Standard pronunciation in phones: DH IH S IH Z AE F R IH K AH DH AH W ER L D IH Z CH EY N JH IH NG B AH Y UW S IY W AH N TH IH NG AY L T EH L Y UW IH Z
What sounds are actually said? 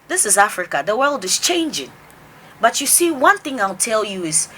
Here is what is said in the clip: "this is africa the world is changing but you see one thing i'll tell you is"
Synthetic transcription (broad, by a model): DH IH S IH Z AE F R IH K AH DH AH W ER L D IH Z CH EY N JH IH NG B AH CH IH S IY W AH N TH IH NG AY L T EH L Y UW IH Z